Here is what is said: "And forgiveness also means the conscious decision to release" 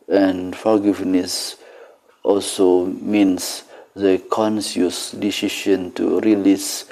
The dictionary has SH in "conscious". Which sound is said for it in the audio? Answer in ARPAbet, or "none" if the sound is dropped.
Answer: S